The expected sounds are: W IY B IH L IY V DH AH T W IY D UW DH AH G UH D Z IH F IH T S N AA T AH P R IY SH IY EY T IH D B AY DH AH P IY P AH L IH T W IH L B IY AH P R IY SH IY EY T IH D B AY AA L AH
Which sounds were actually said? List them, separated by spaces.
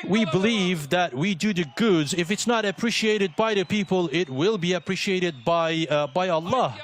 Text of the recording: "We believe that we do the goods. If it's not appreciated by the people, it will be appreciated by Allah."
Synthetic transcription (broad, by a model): W IY B IH L IY V DH AH T W IY D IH DH AH G UH D Z IH F IH T S N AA T AH P R IY SH IY EY T IH D B AY DH AH P IY P AH L IH T W IH L B IY AH P R IY SH IY EY T IH D B AY AA L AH